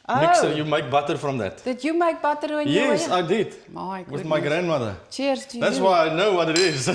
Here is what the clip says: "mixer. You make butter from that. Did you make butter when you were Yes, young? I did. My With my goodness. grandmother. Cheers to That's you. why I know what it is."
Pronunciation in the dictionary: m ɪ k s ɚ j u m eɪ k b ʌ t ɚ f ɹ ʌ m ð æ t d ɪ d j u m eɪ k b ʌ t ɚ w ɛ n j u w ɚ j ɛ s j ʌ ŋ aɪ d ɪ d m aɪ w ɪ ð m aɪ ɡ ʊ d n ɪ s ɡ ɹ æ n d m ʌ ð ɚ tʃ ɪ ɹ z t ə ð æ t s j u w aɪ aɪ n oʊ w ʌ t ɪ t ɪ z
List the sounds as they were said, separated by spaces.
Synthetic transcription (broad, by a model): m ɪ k s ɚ j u m eɪ k b ʌ t ɚ f ɹ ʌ m ð æ t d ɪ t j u m eɪ k b ʌ t ɚ w ɛ n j j ɛ s aɪ d ɪ d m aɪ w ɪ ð m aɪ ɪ ɡ ɹ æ n d m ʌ ð ɚ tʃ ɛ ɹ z ð æ t s w aɪ aɪ n oʊ w ʌ t ɪ t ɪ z